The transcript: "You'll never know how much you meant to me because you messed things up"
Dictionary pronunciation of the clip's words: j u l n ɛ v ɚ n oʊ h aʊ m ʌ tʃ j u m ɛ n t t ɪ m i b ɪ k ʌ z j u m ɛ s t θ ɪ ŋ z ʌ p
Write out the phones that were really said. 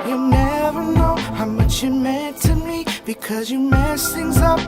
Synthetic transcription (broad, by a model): j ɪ n ɛ v ɚ n oʊ h aʊ m ʌ tʃ j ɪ m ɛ n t t ɪ m i b ɪ k ʌ z j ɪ m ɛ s θ ɪ ŋ z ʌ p